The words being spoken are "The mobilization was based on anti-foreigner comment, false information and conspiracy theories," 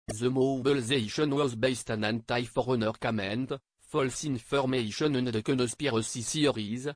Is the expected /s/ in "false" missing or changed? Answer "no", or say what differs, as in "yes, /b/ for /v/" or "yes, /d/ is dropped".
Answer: no